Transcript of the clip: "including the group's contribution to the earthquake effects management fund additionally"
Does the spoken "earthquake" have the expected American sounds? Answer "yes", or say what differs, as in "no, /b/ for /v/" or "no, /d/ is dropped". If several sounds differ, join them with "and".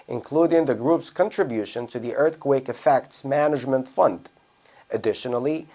yes